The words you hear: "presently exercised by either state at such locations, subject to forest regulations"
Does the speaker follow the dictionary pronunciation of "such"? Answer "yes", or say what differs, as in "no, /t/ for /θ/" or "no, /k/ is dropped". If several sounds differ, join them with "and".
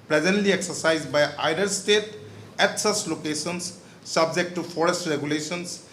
no, /s/ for /tʃ/